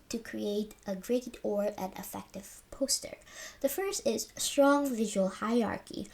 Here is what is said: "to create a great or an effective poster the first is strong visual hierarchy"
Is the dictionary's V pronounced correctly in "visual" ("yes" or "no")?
yes